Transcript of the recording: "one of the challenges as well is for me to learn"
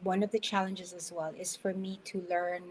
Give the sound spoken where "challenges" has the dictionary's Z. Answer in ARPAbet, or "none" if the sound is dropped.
Z